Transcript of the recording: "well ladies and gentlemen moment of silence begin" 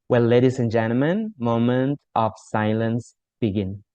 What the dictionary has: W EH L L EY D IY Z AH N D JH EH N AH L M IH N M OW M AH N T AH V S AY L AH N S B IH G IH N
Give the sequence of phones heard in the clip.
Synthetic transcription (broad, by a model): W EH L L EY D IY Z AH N JH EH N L M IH N M OW M AH N T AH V S AY L AH N S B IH G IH N